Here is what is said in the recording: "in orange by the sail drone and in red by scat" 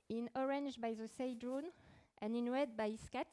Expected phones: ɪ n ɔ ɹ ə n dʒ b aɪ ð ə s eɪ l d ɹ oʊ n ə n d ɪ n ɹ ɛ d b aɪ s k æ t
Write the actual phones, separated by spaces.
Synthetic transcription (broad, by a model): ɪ n ɔ ɹ ə n dʒ b aɪ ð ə s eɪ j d ɹ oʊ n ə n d ɪ n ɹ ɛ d b aɪ s k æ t